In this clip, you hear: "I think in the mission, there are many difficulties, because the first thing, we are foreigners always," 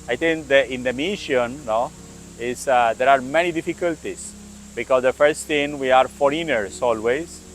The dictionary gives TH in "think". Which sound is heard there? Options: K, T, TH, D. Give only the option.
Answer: T